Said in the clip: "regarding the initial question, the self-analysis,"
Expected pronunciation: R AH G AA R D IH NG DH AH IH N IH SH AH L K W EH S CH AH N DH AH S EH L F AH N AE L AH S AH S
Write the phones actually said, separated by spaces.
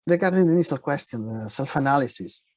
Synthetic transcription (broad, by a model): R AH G AA R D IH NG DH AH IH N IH S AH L K W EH S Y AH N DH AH S EH L F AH N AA L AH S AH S